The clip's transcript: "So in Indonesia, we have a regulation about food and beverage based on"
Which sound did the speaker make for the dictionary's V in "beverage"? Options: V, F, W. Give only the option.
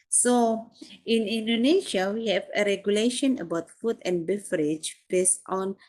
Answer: F